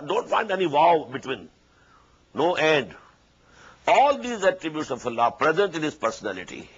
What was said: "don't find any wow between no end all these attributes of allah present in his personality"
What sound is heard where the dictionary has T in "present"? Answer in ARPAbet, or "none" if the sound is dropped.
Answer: T